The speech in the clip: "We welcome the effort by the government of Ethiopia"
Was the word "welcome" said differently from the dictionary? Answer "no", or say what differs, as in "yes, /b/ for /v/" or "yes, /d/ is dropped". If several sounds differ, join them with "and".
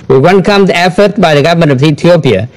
yes, /n/ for /l/